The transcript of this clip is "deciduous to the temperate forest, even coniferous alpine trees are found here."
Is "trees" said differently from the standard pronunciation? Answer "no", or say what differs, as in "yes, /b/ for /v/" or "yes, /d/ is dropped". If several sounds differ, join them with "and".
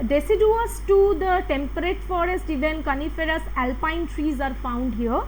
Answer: no